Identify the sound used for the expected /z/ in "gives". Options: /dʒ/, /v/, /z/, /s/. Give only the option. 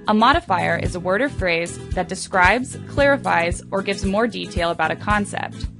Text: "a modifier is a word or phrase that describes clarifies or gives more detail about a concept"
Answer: /z/